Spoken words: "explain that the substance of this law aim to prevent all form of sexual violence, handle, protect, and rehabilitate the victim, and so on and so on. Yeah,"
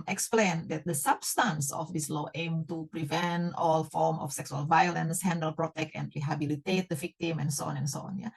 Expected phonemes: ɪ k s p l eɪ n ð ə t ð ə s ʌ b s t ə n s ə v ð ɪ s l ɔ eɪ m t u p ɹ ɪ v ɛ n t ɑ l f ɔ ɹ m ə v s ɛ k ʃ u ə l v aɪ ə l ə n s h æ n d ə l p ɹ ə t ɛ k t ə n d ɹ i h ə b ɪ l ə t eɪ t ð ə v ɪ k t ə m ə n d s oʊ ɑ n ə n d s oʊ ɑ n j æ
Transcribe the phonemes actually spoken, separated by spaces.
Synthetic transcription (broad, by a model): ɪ k s p l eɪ n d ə t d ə s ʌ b s t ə n s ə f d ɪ s l ɔ eɪ m t u p ɹ ɪ v ɛ n t ɑ l f ɔ ɹ m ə f s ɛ k s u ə l v aɪ ə l ə n s h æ n d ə l p ɹ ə t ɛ k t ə n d ɹ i h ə b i l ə t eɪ t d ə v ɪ k t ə m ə n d s oʊ ɑ n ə n s oʊ ɑ n j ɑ